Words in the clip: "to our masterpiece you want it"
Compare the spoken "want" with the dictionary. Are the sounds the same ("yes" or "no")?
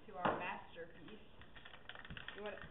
no